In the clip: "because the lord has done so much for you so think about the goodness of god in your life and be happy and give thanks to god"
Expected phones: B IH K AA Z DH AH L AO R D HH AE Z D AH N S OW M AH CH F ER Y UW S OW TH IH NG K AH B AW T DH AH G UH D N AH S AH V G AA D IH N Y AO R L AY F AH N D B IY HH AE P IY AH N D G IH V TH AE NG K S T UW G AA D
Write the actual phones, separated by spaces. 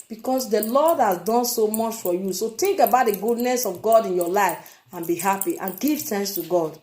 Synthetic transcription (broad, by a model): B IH K AA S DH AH L AO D HH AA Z D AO N S OW M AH CH F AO Y UW S OW T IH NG K AH B AW T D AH G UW D N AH S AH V G AA D IH N Y AO L AY F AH N B IY HH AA P IY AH N G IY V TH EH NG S T UW G AA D